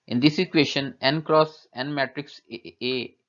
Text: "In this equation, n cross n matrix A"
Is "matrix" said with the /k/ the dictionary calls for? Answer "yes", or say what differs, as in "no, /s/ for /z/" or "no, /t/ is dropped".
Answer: yes